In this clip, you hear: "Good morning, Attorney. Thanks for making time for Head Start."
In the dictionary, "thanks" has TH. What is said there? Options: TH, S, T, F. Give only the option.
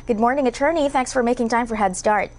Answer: TH